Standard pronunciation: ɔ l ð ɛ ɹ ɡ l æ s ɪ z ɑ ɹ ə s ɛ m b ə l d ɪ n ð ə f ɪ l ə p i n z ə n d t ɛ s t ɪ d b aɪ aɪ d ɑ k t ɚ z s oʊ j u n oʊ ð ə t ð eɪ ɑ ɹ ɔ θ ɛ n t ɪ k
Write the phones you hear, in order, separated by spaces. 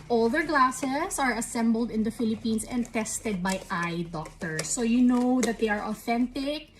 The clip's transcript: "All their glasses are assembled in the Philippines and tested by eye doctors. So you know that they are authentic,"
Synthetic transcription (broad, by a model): ɔ l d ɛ ɹ ɡ l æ s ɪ s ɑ ɹ ə s ɛ m b ə l d ɪ n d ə f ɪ l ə p i n s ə n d t ɛ s t ɪ d b aɪ aɪ d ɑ k t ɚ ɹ s oʊ j u n oʊ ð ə t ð eɪ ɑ ɹ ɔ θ ɛ n t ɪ k